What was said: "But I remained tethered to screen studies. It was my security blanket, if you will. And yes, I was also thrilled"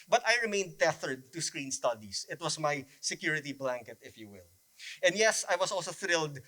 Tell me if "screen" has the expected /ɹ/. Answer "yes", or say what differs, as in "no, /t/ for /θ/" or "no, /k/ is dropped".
yes